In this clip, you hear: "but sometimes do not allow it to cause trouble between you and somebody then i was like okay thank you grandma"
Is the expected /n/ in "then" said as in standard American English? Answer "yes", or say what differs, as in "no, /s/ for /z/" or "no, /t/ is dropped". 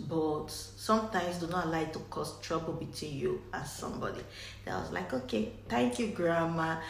no, /n/ is dropped